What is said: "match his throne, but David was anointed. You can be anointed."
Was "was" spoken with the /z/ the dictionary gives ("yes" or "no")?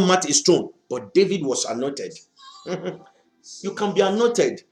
no